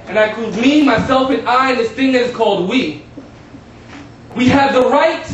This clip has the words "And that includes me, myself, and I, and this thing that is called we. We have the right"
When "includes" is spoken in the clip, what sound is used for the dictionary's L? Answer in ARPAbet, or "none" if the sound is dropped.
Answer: none